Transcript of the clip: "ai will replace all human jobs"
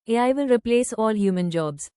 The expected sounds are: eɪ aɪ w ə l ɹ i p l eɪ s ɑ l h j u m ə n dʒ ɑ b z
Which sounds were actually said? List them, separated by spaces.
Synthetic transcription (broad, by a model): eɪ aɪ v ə n ɹ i p l eɪ s ɑ l h j u m ə n dʒ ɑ b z